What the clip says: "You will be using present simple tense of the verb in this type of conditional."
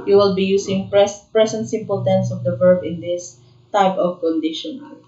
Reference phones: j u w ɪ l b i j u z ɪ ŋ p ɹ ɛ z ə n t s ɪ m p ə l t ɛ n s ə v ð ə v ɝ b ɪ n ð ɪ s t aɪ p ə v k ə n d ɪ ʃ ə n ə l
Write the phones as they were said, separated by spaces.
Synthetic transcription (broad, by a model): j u w ɪ l b i j u s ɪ ŋ p ɹ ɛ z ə n t s ɪ m p ə l t ɛ n s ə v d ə v ɝ b ɪ n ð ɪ s t aɪ p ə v k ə n d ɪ ʃ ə n